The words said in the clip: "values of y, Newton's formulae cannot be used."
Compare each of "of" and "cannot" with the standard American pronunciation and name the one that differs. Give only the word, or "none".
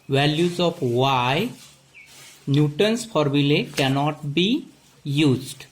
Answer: of